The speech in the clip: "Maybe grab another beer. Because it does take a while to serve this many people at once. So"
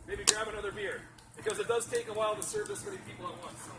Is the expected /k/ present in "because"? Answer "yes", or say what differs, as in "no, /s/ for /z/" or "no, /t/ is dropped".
yes